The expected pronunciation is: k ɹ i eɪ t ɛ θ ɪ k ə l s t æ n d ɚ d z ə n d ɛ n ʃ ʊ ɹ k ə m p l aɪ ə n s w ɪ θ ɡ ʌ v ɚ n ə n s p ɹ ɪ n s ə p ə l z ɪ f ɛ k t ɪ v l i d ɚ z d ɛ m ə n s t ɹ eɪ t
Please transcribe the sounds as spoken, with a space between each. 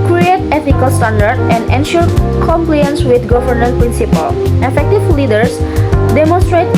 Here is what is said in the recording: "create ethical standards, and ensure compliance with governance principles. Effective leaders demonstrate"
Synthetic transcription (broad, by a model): k ɹ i eɪ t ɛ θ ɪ k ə l s t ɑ n d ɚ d ə n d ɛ n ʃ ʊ ɹ k ə m p l aɪ ə n s w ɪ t ɡ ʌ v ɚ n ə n p ɹ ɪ n s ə p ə l ɪ f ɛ k t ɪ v l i d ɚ s d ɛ m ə n s t ɹ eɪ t